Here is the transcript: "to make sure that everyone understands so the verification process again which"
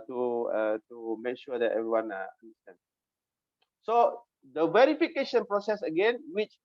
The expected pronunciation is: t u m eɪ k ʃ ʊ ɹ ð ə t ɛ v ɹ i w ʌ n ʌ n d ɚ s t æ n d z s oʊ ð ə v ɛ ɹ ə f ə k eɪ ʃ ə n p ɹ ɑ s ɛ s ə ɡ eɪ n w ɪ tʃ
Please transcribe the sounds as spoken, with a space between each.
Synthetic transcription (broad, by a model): t u m eɪ k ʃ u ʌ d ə t ɛ v ɹ i w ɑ n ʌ n d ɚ s t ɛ n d s oʊ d ə v ɛ ɹ ə f ə k eɪ ʃ ə n p ɹ ɑ s ɛ s ə ɡ eɪ n w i tʃ